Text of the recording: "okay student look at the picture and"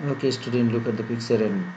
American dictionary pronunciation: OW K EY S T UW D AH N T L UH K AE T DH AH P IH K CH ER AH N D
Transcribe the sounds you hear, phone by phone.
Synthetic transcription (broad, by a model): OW K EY S T UW D AH N T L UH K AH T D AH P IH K S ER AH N